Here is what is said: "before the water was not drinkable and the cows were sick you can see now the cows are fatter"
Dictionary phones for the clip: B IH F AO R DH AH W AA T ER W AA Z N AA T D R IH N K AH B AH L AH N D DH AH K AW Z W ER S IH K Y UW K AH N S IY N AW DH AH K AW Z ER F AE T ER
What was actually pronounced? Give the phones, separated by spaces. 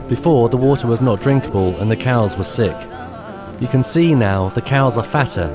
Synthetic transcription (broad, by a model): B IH F AO R DH AH W AA T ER W AA Z N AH T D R IH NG K AH B AH L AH N DH AH K AW Z W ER S IH K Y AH K AH N S IY N AW DH AH K AW Z ER F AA T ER